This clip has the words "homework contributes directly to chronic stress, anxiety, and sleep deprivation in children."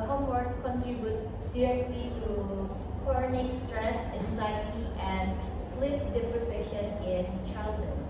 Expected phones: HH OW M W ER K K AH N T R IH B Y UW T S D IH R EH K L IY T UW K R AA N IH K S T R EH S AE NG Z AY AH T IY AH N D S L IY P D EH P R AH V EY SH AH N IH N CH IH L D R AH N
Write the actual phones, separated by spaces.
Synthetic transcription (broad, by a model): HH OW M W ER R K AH N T R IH B Y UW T D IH R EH K L IY T UW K R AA N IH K S T R EH S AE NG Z AY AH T IY AH N D S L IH F D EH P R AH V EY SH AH N IH N CH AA L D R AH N